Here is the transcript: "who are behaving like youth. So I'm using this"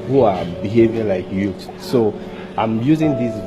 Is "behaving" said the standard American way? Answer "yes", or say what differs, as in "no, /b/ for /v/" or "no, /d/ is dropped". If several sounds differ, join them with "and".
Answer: yes